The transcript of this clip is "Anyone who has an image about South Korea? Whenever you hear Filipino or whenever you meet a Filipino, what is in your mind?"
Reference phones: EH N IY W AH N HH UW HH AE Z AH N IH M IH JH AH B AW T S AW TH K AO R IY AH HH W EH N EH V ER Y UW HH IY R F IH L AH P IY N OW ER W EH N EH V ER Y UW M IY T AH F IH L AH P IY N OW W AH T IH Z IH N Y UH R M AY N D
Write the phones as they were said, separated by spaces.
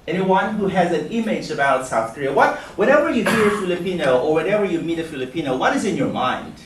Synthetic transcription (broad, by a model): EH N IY W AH N HH UW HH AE Z AH N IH M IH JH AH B AW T S AW TH K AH R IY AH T W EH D EH V ER Y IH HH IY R F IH L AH P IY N OW ER W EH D EH V ER Y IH M IY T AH F IH L AH P IY N OW W AH T IH Z IH N Y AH R M AY N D